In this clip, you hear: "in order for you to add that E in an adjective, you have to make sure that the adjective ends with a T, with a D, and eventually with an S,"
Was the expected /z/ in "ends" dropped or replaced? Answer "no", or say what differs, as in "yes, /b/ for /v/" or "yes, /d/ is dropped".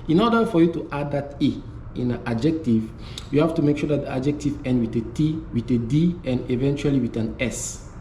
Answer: yes, /z/ is dropped